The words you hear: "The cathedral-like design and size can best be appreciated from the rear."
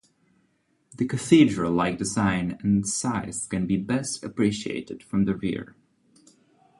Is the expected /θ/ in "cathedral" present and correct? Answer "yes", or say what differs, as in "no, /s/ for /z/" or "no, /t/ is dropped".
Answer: yes